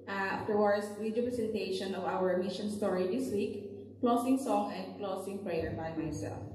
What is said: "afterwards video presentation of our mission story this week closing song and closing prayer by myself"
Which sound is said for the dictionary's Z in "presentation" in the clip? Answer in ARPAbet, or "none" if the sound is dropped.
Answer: S